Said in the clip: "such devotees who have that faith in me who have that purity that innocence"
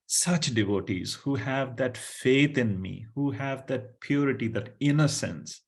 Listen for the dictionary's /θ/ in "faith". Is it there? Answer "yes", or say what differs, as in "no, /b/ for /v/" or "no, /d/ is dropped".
no, /t/ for /θ/